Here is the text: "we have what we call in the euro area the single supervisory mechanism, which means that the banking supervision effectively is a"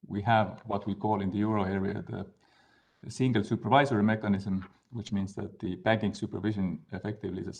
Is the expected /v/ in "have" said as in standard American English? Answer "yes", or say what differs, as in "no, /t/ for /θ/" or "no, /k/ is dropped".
yes